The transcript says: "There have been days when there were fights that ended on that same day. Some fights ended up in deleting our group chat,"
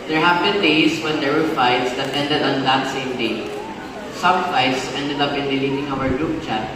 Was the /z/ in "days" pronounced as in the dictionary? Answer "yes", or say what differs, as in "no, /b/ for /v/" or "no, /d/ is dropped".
no, /s/ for /z/